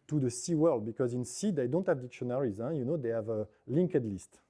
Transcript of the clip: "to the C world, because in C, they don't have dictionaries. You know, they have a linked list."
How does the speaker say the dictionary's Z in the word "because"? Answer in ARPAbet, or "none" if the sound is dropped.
Z